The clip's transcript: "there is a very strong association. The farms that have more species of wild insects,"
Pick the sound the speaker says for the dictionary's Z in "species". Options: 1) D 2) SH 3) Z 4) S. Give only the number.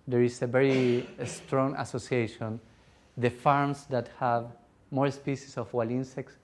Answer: 4